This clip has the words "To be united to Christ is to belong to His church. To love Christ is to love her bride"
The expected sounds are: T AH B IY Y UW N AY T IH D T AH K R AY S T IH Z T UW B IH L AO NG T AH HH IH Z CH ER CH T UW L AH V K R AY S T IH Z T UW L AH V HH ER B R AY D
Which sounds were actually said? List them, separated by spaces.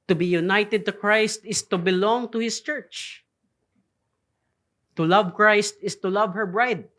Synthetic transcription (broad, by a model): T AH B IY Y UW N AY T IH D T AH K R AY S T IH S T UW B IH L AO NG T AH HH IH S CH ER CH T UW L AH V K R AY S T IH S T UW L AH V HH ER B R AY D